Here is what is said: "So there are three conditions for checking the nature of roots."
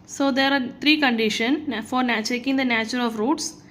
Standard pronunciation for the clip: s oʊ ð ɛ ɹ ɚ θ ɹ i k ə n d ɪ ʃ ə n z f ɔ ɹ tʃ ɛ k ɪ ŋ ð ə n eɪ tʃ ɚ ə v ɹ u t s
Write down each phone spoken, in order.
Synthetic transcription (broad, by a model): s oʊ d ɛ ɹ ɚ t ɹ i k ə n d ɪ ʃ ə n f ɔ ɹ tʃ ɛ k ɪ ŋ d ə n eɪ tʃ ɚ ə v ɹ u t s